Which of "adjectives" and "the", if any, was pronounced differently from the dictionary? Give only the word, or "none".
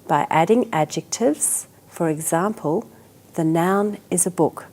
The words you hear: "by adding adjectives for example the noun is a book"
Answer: none